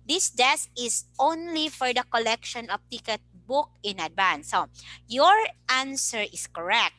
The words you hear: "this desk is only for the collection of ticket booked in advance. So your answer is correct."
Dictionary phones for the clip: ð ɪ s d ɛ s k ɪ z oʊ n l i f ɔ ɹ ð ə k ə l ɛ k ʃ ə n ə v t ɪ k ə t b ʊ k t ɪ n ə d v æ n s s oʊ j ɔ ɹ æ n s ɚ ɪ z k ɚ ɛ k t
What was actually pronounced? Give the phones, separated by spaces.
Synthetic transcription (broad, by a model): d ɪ s d ɛ s k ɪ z oʊ n l i f ɔ ɹ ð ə k ə l ɛ k ʃ ə n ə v t ɪ k ə t b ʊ k ɪ n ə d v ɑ n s s oʊ j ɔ ɹ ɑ n s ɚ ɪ s k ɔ ɛ k t